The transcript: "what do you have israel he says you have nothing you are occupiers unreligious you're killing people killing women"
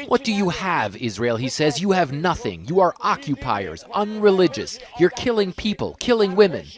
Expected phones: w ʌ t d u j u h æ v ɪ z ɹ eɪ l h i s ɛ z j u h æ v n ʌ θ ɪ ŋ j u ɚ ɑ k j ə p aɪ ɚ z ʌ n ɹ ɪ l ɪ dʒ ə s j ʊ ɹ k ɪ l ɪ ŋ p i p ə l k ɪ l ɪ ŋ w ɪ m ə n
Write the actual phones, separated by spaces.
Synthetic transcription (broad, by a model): w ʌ t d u j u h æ v ɪ z ɹ eɪ l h i s ɛ z j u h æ v n ʌ θ ɪ ŋ j u ɚ ɑ k j ə p aɪ ɚ z ʌ n ɹ ɪ l ɪ dʒ ə s j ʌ ɹ k ɪ l ɪ ŋ p i p ə l k ɪ l ɪ ŋ w ɪ m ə n